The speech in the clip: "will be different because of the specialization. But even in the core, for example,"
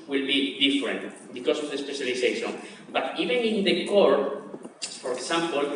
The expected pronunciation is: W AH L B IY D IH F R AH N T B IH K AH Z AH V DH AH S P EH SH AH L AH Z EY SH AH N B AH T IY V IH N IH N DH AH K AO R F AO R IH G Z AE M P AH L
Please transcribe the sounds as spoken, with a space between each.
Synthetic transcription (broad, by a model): W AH L B IY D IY F R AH N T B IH K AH S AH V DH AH S P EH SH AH L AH S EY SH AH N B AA T IY V IH N IH N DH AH K AO R F AO R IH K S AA M P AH L